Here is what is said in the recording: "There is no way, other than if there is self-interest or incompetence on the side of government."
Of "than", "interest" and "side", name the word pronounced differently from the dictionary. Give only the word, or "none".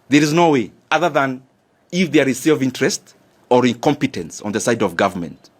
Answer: none